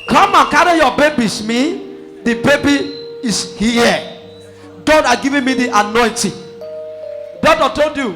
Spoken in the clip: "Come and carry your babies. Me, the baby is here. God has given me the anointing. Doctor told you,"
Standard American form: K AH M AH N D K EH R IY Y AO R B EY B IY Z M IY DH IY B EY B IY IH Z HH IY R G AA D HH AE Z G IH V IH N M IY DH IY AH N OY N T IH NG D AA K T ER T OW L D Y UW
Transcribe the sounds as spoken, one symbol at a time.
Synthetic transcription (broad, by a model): K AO M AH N K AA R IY Y AO B EY B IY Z M IY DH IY B EY B IY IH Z HH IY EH G AA D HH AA G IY V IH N M IY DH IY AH N OY N T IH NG D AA T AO T OW L D Y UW